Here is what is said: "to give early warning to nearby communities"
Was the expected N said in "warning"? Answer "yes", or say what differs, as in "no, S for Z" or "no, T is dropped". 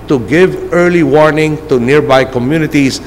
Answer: yes